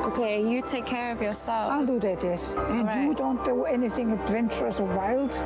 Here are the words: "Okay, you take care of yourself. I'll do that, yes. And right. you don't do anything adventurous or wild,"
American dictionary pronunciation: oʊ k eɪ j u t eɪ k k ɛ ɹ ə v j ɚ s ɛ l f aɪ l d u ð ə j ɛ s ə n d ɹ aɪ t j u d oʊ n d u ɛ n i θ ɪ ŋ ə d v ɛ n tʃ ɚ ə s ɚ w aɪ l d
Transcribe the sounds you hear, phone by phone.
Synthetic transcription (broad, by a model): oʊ k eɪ j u t eɪ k k ɛ ɹ ə v j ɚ s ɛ l aɪ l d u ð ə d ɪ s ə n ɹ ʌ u d oʊ n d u ɛ n i θ ɪ ŋ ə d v ɛ n tʃ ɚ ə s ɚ w aɪ l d